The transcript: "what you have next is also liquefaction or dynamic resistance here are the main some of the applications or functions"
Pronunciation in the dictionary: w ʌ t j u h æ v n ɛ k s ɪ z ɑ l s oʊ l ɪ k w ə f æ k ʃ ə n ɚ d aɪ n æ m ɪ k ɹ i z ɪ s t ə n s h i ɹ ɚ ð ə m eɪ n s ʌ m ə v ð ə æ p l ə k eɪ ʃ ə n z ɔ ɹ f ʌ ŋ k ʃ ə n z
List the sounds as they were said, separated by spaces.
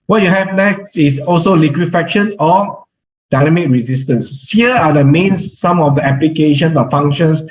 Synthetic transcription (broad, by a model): w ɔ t j u h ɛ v n ɛ k s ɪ s ɑ l s oʊ l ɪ k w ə f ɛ k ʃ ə n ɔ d aɪ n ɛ m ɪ k ɹ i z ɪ s t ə n s h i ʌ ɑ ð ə m eɪ n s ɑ m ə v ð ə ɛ p l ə k eɪ ʃ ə n ɔ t f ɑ ŋ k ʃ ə n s